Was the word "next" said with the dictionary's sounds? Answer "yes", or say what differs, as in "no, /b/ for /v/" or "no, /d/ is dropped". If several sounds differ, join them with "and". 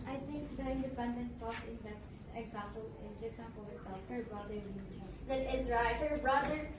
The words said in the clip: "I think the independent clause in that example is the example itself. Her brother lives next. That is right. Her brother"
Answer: no, /k/ is dropped